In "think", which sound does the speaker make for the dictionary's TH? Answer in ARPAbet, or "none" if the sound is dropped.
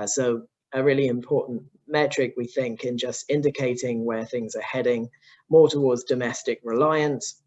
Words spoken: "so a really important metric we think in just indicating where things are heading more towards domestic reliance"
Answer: TH